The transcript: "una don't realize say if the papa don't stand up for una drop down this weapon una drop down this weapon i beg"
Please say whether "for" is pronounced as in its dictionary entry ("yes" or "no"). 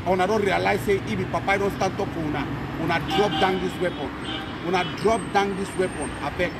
no